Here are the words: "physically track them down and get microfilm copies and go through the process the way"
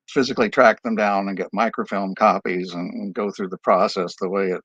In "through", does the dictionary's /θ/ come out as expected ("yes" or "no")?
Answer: yes